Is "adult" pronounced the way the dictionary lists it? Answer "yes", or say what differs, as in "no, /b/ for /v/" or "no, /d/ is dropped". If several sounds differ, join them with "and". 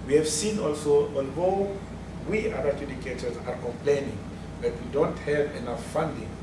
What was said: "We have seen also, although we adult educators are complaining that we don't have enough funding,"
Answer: no, /l/ is dropped